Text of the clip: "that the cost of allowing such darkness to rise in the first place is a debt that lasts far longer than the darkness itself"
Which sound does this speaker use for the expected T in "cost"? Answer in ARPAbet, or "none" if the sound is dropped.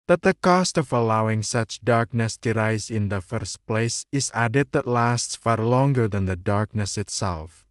T